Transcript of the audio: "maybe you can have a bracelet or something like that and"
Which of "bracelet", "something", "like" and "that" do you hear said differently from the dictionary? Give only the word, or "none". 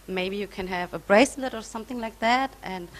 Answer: none